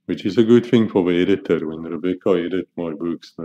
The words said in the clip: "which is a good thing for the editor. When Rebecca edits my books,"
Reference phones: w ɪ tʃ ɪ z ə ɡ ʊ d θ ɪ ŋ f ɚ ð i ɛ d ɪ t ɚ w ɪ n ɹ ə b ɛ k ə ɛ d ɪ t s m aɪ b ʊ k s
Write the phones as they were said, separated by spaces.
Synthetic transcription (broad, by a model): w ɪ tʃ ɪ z ə ɡ ʊ d θ ɪ ŋ f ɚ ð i ɛ d ɪ t ɚ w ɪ n ɹ ə b ɛ k ə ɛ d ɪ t m aɪ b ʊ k s